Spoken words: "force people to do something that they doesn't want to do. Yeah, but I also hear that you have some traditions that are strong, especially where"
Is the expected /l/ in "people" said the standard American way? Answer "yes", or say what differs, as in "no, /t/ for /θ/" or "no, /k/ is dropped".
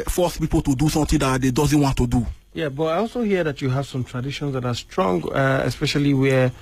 yes